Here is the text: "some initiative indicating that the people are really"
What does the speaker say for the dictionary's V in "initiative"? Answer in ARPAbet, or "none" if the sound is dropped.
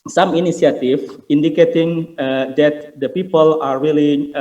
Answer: F